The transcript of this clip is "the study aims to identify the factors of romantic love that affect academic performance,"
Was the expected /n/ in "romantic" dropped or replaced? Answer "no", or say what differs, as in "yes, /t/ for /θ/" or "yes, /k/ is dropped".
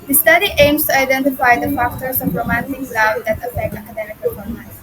no